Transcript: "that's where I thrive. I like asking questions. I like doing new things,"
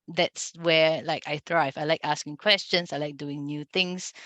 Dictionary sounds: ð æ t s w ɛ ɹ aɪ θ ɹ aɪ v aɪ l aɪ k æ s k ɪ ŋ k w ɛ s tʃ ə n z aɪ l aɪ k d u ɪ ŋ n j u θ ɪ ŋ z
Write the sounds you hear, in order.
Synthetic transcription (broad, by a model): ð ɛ t s w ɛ l aɪ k ɹ aɪ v aɪ l aɪ k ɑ s k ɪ ŋ k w ɛ s tʃ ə n s aɪ l aɪ k d u ɪ ŋ n j u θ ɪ ŋ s